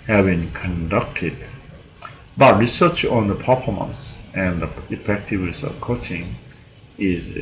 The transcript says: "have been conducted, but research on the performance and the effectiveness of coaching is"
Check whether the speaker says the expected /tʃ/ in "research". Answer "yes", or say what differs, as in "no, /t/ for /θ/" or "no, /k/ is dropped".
yes